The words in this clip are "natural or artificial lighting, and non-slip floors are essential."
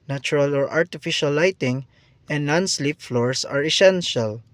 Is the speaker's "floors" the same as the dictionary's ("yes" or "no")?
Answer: no